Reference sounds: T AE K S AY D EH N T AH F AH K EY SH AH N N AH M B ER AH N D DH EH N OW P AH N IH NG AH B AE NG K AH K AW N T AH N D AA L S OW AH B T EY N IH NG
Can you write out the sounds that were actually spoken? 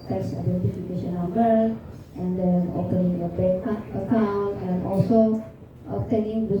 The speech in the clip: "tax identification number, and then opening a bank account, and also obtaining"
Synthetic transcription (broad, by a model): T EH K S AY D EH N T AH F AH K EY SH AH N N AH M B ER AH N D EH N OW P AH N IH NG AH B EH K AH K AW N T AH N AA L S OW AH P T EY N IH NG